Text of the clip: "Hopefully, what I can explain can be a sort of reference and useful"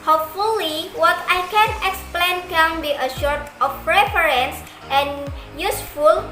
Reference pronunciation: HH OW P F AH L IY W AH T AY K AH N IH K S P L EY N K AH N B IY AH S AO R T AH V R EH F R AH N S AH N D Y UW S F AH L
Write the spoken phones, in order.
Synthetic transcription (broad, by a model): HH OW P F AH L IY W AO T AY K AH N IH K S P L EY N K AH N B IY AH SH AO R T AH F R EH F R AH N S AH N Y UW S F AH L